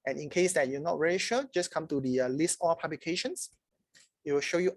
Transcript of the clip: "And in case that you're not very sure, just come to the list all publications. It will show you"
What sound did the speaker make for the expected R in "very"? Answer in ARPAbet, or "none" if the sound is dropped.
L